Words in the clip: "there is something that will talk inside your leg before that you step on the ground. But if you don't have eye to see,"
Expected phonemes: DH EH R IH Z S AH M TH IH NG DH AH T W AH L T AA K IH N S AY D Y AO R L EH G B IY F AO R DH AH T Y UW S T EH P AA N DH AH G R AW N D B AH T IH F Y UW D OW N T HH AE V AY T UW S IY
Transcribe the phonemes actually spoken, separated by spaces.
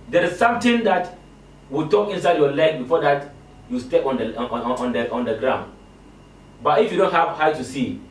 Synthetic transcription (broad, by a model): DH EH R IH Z S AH M T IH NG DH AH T W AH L T AA K IH N S AY D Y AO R L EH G B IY F AO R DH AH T Y UW S T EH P AA N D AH G R AW N D B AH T IH F Y UW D OW N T HH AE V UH T UW S IY